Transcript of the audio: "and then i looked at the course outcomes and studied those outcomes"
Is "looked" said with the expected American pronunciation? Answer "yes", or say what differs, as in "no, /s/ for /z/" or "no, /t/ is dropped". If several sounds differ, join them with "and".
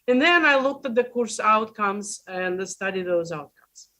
yes